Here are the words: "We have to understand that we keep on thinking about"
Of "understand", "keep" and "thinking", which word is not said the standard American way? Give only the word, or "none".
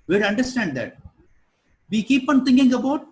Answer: thinking